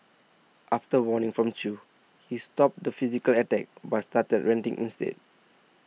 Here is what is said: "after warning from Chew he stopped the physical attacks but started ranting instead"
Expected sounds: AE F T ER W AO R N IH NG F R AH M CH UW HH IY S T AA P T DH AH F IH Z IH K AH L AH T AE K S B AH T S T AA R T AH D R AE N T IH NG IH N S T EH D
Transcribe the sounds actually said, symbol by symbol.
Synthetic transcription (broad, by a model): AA F T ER W AO N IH NG F R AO M CH UW HH IY S T AA P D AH F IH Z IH K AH L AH T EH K B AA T S T AA T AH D R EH N T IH NG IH N S T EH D